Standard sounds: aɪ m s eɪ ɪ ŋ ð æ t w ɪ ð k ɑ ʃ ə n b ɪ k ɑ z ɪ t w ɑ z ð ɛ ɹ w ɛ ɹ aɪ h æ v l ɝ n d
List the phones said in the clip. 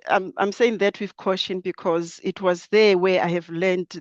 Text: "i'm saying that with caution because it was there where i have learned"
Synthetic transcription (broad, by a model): aɪ m s eɪ ɪ ŋ ð æ t w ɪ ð k ɑ ʃ ə n b ɪ k ɑ z ɪ t w ɑ z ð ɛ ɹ w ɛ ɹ aɪ h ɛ v l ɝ n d